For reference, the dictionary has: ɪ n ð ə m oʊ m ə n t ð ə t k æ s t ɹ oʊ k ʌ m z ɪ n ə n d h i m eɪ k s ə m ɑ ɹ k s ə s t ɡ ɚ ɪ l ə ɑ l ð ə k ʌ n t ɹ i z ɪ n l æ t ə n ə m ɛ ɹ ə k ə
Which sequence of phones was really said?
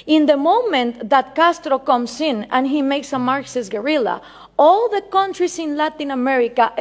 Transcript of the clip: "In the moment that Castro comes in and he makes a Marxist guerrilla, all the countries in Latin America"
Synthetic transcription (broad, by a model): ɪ n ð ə m oʊ m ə n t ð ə t k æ s t ɹ oʊ k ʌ m s ɪ n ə n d h i m eɪ k s ə m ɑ ɹ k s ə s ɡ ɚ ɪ l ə ɑ l ð ə k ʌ n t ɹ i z ɪ n l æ t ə n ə m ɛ ɹ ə k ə